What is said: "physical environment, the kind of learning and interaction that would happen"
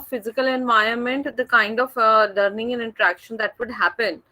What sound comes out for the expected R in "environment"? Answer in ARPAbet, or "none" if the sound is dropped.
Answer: none